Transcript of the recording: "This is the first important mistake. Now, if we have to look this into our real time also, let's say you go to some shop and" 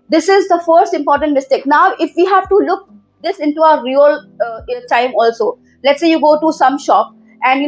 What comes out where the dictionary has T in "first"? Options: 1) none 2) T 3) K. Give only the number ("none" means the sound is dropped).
2